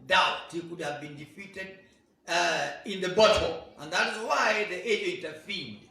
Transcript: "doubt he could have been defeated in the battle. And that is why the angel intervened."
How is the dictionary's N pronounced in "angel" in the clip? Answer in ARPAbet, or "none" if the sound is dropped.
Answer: none